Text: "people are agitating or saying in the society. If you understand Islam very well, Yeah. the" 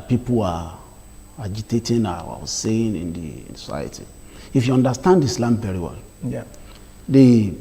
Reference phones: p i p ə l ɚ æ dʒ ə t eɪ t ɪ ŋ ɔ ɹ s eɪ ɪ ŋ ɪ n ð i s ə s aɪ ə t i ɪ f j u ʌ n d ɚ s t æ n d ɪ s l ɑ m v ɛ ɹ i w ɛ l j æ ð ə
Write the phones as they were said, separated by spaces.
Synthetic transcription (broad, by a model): p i p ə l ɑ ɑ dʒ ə t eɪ t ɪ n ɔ w s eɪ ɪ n ɪ n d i s ə s aɪ ə t i ɪ f j u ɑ n d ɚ s t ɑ n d ɪ s l ɑ m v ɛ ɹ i w ɛ l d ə